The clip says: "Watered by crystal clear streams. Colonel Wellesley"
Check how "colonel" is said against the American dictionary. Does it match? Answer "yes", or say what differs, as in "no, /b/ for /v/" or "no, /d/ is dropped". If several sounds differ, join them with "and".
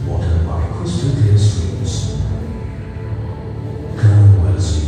no, /n/ is dropped and /n/ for /l/